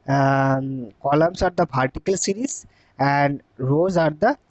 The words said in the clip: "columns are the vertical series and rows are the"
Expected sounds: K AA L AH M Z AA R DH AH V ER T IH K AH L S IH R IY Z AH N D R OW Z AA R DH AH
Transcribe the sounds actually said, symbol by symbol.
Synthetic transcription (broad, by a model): K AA L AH M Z AA R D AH P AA T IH K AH L S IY R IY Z AH N D R OW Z AA R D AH